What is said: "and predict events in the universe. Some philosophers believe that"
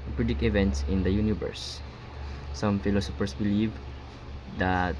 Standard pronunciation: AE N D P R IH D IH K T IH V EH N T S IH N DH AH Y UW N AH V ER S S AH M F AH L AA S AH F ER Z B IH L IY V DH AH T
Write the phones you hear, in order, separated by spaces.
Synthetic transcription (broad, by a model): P R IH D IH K IH V EH N T S IH N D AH Y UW N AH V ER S S AH M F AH L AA S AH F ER S B IH L IY V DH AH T